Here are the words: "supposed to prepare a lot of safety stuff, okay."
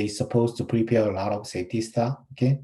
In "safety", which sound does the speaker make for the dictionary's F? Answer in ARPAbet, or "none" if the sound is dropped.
none